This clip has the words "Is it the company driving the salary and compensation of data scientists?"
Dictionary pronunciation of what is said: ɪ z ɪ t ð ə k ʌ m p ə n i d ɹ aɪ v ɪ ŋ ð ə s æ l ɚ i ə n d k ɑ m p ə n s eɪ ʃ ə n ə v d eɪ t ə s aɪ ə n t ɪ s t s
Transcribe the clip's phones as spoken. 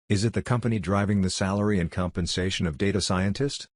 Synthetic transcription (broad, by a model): ɪ z ɪ t ð ə k ʌ m p ə n i d ɹ aɪ v ɪ ŋ ð ə s æ l ɚ i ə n k ɑ m p ə n s eɪ ʃ ə n ə v d eɪ t ə s aɪ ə n t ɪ s t